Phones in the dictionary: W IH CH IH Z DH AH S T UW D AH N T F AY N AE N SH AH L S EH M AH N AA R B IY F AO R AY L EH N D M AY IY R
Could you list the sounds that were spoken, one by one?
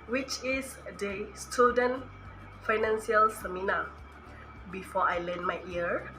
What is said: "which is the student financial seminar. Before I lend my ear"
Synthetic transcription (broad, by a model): W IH CH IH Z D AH S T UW D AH N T F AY N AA N S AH L S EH M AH N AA B IY F AO AY L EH N M AY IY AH